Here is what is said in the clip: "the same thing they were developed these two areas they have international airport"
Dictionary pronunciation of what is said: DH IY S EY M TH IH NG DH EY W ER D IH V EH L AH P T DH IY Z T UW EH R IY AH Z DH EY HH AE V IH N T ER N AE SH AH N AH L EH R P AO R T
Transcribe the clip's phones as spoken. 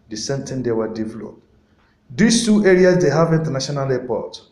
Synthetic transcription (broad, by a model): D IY S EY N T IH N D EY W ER D IH V EH L AH P T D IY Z T UW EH R IY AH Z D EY HH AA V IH N T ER N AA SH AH N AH L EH P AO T